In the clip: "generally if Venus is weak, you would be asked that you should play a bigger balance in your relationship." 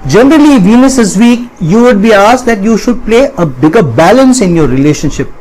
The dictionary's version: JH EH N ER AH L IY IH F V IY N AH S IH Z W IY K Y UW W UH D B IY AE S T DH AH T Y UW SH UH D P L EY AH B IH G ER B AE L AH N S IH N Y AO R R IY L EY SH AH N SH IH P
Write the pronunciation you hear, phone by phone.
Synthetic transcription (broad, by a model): JH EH N ER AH L IY V IY N AH S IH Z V IY K Y UW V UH D B IY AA S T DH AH T Y UW SH UH D P L EY AH B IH G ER B AE L AH N S IH N Y AO R R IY L EY SH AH N SH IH P